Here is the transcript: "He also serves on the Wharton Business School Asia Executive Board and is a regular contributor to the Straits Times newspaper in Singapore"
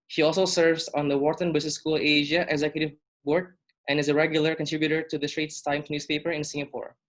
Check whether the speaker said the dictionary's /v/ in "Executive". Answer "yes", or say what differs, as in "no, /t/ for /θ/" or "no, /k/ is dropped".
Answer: yes